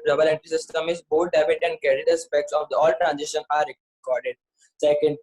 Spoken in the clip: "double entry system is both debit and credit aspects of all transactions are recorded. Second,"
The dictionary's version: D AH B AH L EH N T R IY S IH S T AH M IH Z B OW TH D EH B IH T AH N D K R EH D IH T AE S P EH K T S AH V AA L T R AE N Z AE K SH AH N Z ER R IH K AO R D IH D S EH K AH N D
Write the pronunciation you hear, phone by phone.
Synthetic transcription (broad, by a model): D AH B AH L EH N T IY S IH S T AH M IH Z B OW T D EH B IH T AH N D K EH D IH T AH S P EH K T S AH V AA L T R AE N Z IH SH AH N AA R IH K AO R D IH D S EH K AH N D